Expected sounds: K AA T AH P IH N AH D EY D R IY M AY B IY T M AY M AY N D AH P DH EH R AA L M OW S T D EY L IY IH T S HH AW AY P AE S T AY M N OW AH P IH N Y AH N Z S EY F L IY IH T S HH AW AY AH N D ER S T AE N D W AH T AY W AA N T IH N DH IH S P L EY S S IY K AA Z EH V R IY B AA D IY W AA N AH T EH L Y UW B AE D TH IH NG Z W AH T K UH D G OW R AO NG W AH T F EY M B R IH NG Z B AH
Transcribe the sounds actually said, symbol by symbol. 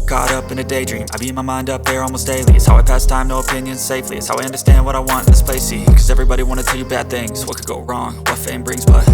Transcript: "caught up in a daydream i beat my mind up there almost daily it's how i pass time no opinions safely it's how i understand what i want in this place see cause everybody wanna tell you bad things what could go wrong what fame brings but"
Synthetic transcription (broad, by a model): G AA T AH P IH N AH D EY D R IY M AY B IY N M AY M AY N D AH P DH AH R AA L M OW S T D EY L IY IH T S HH AW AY P AE S T AY M N OW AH P IH N Y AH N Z S EY F L IY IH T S HH AW AY AH N D ER S T AE N D W AH T AY W AA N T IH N DH IH S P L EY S S IY K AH Z EH V R IY B AA D IY W AA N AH T EH L Y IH B AE D TH IH NG Z W AH T K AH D G OW R AO NG W AH T F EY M B R IH NG Z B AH